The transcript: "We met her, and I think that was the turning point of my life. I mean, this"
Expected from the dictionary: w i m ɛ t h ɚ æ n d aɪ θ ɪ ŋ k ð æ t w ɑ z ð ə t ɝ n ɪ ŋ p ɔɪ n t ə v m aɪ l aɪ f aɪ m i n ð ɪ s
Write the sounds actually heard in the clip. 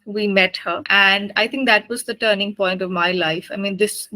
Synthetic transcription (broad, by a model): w i m ɛ t h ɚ æ n d aɪ t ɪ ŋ k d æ t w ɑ z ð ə t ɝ n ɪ ŋ p ɔɪ n t ə v m aɪ l aɪ f aɪ m i n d ɪ s